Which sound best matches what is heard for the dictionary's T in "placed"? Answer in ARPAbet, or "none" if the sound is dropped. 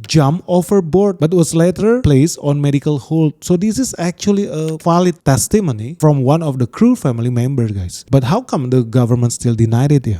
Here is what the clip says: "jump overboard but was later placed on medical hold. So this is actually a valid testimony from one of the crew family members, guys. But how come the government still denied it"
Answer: none